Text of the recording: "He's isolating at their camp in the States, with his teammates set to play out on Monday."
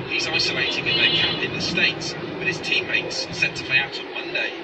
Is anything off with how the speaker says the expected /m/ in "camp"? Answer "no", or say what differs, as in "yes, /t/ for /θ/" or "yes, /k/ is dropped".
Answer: yes, /m/ is dropped